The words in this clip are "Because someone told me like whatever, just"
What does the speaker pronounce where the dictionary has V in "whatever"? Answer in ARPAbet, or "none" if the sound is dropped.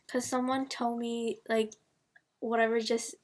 V